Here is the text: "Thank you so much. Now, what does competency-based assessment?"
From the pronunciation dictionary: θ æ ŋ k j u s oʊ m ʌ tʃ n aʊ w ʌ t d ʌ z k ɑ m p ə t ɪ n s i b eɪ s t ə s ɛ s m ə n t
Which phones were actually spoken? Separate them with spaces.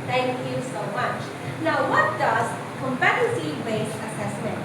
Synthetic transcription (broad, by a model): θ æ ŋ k j u s oʊ m ʌ tʃ n aʊ w ʌ t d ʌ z k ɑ m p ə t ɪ s i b eɪ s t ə s ɛ s m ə n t